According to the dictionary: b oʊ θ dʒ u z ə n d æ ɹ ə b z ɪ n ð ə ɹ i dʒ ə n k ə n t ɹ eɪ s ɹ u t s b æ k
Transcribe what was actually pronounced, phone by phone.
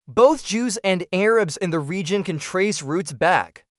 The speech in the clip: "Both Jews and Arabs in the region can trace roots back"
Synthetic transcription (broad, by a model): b oʊ θ dʒ u z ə n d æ ɹ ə b z ɪ n ð ə ɹ i dʒ ə n k ə n t ɹ eɪ s ɹ u t s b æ k